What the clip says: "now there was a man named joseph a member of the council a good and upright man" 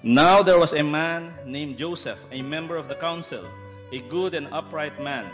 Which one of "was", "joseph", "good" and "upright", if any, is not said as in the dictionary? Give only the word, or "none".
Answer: was